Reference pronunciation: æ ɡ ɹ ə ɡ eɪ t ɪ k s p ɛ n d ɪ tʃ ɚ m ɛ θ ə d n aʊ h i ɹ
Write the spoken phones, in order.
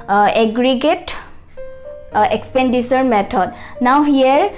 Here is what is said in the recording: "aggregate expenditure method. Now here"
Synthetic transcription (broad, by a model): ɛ ɡ ɹ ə ɡ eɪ t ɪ k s p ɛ n d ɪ s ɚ m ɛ t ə d n aʊ h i ɹ